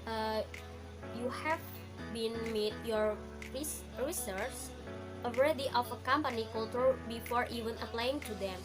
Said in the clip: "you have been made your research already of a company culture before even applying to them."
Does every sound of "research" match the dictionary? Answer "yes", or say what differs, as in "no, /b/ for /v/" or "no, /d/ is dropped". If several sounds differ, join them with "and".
no, /s/ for /tʃ/